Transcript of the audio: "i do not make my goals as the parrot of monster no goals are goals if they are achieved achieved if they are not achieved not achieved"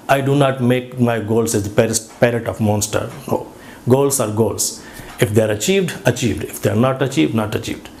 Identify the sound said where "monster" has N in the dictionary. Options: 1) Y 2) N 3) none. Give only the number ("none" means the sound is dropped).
2